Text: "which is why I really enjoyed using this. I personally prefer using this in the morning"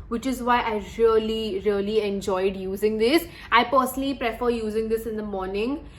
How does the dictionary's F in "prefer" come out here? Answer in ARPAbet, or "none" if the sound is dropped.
F